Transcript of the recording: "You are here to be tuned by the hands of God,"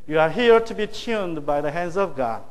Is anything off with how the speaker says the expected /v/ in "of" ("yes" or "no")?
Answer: no